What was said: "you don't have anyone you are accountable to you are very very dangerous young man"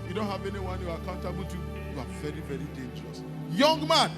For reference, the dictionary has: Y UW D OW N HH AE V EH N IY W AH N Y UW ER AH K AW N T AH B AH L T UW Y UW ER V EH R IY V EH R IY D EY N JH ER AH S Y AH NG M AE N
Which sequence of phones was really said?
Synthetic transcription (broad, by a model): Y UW D OW N HH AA V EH N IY W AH N Y UW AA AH K AW N T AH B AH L T UW Y UW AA V EH R IY V EH R IY D EY N JH ER AH S Y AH NG M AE N